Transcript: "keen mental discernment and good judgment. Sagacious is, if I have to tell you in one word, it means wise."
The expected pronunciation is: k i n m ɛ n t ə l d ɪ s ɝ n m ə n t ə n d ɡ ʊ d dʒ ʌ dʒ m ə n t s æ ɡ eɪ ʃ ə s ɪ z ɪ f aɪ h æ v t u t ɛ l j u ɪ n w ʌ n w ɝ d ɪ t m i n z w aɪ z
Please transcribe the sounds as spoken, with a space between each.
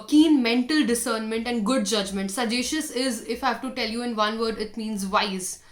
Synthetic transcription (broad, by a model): k i n m ɛ n t ə l d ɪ s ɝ n m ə n t ə n d ɡ ʊ d dʒ ʌ dʒ m ə n t s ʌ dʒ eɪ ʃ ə s ɪ z ɪ f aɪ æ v t u t ɛ l j u ɪ n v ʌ n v ɝ d ɪ t m i n z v aɪ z